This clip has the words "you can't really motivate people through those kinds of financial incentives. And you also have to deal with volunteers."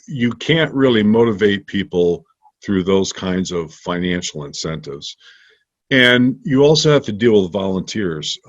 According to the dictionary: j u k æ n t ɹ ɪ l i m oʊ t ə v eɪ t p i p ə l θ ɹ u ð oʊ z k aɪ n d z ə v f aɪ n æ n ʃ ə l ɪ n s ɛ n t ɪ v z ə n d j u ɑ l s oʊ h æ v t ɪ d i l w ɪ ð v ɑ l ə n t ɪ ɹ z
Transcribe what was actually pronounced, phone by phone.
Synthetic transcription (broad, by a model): j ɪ k æ n t ɹ ɪ l i m oʊ t ə v eɪ t p i p l θ ɹ u ð oʊ z k aɪ n d z ə v f aɪ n æ n ʃ l ɪ n s ɛ n t ɪ v z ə n j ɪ ɑ l s oʊ h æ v t ɪ d i l w ɪ ð v ɑ l ə n t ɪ ɹ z